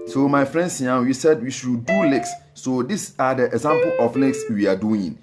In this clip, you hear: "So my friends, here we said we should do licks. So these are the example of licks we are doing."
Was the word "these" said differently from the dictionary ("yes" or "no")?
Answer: yes